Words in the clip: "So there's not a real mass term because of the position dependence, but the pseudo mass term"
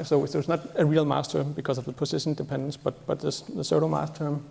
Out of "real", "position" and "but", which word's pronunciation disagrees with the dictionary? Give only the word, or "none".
position